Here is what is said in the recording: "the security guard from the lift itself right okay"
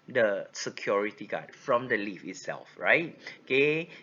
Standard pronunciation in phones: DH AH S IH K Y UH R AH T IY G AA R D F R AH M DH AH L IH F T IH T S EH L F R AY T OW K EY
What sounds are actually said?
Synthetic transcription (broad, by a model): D AH S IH K Y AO R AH T IY G AA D F R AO M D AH L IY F IH T S EH L F R AY T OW K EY